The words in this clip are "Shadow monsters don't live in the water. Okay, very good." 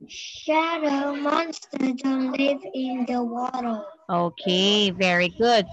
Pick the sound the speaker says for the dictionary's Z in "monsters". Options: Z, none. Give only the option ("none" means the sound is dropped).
none